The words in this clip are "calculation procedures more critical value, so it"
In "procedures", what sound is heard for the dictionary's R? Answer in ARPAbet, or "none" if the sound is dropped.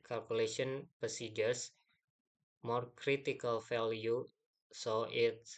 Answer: none